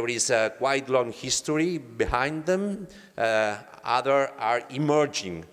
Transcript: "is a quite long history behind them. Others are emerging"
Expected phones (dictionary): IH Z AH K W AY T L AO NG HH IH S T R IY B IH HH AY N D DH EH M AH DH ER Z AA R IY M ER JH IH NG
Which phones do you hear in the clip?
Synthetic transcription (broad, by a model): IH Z AH K W AY T L AO NG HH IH S T R IY B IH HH AY N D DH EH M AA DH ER AA R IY M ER JH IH NG